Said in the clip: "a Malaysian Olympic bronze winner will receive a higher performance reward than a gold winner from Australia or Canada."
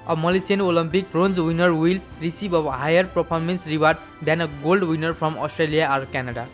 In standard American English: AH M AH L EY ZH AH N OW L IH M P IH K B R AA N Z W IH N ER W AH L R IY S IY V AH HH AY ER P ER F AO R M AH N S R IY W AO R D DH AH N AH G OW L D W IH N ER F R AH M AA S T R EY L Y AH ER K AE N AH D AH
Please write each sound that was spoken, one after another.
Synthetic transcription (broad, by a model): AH M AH L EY S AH N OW L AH M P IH K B R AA N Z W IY N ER W AH L R IY S IY B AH HH AY ER P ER P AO R M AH N S R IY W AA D D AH N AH G OW L D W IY N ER P R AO M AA S T R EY L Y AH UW K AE N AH D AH